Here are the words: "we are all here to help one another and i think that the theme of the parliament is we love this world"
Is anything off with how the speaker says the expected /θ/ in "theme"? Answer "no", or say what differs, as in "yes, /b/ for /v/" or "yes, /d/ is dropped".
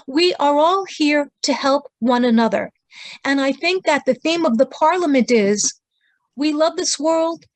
no